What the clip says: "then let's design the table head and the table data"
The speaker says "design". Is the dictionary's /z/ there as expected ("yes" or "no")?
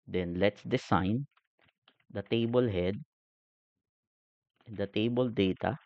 no